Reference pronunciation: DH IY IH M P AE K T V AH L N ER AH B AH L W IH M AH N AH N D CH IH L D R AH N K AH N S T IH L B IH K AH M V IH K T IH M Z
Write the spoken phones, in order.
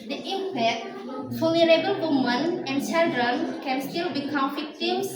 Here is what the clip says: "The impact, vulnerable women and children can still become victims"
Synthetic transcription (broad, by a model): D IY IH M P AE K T F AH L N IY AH B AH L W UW M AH N AH N D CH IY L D R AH N K AH N S T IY L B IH K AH M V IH K T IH M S